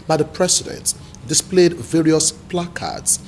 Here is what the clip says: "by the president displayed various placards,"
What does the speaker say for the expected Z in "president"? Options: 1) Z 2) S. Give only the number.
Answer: 2